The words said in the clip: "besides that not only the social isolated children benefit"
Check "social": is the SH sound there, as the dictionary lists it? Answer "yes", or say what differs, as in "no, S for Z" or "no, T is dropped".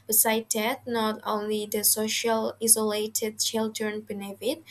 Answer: yes